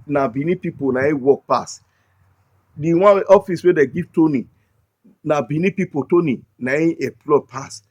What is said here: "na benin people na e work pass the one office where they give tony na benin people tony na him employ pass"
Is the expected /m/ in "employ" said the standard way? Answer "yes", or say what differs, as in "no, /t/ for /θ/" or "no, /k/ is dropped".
no, /m/ is dropped